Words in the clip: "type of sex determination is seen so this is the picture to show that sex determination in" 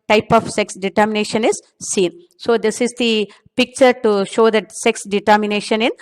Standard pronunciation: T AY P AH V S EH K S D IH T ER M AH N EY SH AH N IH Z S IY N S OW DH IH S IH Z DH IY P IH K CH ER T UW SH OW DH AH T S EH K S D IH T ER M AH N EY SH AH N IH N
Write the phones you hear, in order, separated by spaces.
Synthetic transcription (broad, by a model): T AY P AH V S EH K S D IH T ER M AH N EY SH AH N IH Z S IY N S OW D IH S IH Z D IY P IH K CH ER T UW SH OW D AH T S EH K S D IH T ER M AH N EY SH AH N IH N